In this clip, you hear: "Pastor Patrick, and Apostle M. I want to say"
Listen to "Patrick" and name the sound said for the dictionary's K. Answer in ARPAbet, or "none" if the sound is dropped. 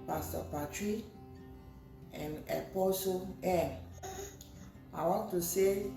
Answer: none